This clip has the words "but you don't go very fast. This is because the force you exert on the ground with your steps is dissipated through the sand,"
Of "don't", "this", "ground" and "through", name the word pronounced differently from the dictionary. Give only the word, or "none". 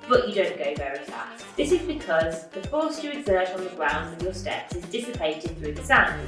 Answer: none